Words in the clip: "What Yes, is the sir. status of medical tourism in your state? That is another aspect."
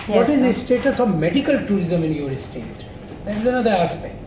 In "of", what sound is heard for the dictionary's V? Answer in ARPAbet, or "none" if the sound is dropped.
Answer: V